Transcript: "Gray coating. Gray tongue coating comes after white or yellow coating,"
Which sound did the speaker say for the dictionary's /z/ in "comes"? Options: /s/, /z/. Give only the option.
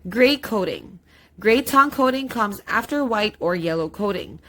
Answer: /z/